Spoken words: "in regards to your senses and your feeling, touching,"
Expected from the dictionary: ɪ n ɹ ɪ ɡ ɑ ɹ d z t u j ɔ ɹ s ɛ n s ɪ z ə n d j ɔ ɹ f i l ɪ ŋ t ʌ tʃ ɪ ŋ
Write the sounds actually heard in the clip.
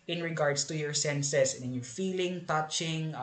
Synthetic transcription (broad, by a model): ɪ n ɹ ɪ ɡ ɑ ɹ d s t u j ɔ ɹ s ɛ n s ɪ s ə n j ɔ ɹ f i l ɪ ŋ t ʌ tʃ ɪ ŋ